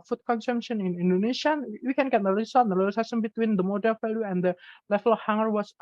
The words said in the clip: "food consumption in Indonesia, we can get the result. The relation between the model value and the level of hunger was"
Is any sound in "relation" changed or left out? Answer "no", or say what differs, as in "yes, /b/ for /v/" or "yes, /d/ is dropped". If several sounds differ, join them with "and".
yes, /l/ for /ɹ/ and /s/ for /ʃ/